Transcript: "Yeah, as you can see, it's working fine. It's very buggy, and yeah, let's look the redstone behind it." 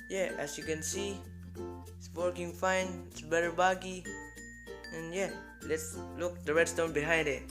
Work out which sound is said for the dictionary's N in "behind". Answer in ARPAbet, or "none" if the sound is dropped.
N